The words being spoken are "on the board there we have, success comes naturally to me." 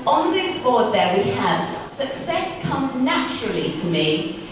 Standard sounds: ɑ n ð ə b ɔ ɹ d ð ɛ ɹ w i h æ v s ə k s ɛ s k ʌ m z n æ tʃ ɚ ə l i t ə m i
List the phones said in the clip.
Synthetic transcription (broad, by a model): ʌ n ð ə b ɔ d ð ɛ w i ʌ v s ə k s ɛ s k ʌ m z n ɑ tʃ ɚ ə l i t ə m i